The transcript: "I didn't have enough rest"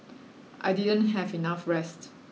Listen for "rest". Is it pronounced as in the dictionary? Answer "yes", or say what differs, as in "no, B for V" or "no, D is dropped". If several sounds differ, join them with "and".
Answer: yes